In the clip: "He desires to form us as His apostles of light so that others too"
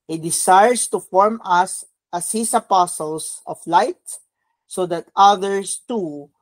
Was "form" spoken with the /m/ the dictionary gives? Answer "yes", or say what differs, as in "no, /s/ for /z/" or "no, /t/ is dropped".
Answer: yes